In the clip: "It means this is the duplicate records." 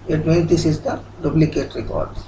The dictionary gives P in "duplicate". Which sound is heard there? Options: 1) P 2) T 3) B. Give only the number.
3